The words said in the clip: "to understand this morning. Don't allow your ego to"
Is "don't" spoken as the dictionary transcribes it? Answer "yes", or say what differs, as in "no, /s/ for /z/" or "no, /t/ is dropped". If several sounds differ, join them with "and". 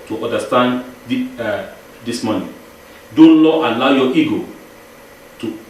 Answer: no, /l/ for /n/